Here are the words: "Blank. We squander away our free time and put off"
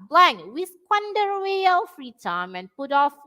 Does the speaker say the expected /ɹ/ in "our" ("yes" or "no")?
no